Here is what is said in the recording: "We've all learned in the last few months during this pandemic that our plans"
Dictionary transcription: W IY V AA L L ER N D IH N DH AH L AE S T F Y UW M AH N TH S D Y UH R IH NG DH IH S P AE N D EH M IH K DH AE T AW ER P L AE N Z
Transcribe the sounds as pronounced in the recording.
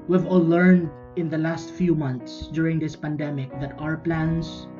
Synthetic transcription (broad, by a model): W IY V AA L L ER N D IH N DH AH L AE S T F Y UW M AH N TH S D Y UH R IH NG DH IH S P AE N D EH M IH K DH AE T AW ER P L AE N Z